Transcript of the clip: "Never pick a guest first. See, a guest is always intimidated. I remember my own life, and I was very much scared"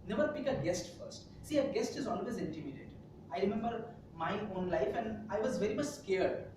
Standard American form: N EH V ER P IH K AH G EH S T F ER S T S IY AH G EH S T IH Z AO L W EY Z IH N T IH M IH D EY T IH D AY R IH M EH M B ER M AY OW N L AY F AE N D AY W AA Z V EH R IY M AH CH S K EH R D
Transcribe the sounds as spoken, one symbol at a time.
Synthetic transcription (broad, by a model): N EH V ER P IH K AH G EH S T F ER S T S IY AH G EH S T IH Z AO L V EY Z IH N T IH M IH D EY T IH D AY R IH M EH M B ER M AY OW N L AY F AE N D AY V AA Z V EH R IY M AH CH S K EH R D